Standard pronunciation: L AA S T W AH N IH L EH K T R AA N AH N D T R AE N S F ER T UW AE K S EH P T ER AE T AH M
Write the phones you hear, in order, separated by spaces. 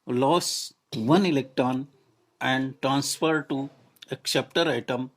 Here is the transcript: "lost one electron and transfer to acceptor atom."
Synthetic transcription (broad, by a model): L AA S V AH N IH L EH K T R AA N AH N D T R AE N S F ER T UW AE K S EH P T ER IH T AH M